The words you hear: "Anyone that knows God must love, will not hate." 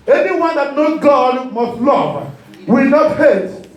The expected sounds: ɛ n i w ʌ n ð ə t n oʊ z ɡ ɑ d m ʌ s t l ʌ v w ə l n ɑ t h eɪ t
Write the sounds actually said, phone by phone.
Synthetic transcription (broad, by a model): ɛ n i w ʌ n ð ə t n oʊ ɡ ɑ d m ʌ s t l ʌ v w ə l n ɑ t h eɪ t